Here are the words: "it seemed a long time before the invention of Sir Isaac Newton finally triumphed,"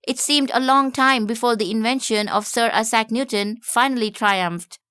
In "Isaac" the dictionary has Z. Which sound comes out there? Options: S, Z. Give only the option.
S